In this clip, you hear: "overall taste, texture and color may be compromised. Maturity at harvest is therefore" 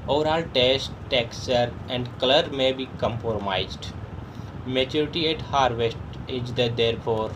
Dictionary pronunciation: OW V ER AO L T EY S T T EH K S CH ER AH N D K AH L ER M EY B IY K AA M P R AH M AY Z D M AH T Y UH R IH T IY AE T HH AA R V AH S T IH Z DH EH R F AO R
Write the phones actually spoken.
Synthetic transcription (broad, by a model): OW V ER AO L T EY S T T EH K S ER AH N D K AH L ER M EY B IY K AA M P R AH M AY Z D M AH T Y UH R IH T IY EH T HH AA R V AH S T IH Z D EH R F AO R